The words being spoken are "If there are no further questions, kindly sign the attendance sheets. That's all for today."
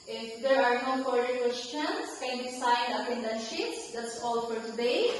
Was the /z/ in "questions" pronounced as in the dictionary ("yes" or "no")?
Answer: no